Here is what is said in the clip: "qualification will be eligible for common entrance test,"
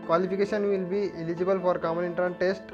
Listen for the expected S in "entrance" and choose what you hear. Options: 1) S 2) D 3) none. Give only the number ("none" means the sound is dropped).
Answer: 3